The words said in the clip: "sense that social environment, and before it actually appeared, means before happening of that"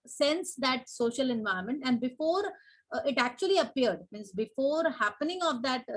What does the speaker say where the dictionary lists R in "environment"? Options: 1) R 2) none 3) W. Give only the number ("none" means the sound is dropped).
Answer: 2